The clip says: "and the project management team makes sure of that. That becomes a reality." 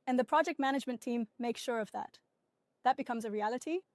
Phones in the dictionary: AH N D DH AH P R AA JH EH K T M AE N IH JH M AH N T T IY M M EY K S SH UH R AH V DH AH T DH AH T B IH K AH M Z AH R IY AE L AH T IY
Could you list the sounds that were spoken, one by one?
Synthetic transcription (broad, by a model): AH N DH AH P R AA JH EH K T M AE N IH JH M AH N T T IY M M EY K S SH UH R AH V DH AH T DH AH T B IH K AH M Z AH R IY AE L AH T IY